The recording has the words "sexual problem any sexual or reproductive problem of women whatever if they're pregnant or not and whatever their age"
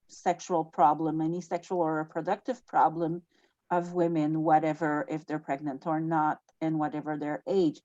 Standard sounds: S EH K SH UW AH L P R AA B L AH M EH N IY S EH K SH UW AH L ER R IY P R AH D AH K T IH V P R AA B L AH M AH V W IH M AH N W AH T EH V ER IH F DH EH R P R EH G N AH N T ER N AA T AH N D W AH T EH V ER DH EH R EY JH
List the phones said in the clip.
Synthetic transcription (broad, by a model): S EH K SH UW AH L P R AA B L AH M EH N IY S EH K SH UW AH L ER R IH P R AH D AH K T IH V P R AA B L AH M AH V W IH M AH N W AH T EH V ER IH F DH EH R P R EH G N AH N T ER N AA T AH N W AH T EH V ER DH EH R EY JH